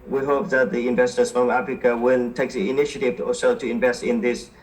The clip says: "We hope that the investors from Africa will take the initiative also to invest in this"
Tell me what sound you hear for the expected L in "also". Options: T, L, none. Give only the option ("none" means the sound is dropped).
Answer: none